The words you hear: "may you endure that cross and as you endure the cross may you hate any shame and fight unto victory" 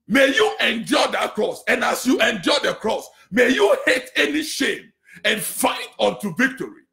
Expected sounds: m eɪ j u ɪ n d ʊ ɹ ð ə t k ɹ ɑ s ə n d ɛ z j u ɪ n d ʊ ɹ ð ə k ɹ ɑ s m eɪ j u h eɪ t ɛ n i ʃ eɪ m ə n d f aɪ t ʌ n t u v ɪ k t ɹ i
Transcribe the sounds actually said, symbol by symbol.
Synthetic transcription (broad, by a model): m eɪ j u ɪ n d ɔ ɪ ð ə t k ɹ ɑ s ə n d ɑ s j u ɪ n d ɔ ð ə k ɹ ɑ s m eɪ j u h eɪ t ɛ n i ʃ eɪ m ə n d f aɪ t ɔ n t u v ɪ k t ɹ i